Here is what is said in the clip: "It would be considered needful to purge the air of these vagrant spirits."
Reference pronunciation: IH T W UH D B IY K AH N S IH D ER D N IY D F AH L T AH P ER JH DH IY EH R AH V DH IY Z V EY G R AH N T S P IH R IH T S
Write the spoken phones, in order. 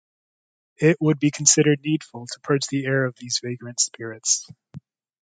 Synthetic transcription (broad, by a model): IH T W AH D B IY K N S IH D ER D N IY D F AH L T AH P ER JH DH IY EH R AH V DH IY Z V EY G R AH N T S P IH R IH T S